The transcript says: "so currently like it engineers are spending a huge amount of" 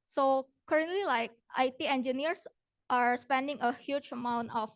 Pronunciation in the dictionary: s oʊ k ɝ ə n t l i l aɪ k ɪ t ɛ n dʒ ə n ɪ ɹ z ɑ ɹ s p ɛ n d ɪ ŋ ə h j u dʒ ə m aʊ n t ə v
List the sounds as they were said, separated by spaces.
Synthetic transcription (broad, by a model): s oʊ k ɝ ə n t l i l aɪ k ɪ t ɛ n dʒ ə n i ɹ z ɑ ɹ s p ɛ n d ɪ ŋ ə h j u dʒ ə m aʊ n t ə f